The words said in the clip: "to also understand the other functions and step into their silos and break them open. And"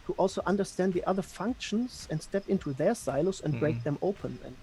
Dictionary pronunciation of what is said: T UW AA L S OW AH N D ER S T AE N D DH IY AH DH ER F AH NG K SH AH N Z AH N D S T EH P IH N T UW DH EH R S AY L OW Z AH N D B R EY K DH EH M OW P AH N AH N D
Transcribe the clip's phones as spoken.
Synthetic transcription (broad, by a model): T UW AA L S OW AH N D ER S T AE N D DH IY AH DH ER F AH NG K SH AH N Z AH N D S T EH P IH N T UW DH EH R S AY L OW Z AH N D B R EY K DH EH M OW AH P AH N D